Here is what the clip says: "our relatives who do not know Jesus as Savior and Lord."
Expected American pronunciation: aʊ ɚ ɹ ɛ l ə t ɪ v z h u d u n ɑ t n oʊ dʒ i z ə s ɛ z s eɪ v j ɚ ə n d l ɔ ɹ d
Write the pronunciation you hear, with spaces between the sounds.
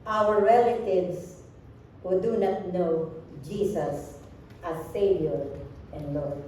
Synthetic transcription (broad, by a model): aʊ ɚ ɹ ɛ l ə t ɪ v s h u d u n ɑ t n oʊ dʒ i s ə s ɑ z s eɪ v j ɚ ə n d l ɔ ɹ